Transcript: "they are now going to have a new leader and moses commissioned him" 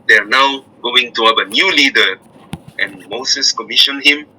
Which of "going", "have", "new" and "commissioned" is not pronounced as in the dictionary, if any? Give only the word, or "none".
have